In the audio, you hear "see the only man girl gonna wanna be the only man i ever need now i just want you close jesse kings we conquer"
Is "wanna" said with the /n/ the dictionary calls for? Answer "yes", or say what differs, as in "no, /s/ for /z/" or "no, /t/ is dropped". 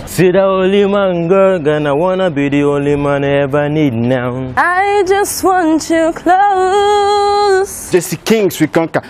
yes